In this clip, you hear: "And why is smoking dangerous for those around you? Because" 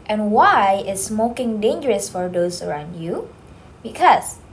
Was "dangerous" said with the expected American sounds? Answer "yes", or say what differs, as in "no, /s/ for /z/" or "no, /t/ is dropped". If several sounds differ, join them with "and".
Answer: yes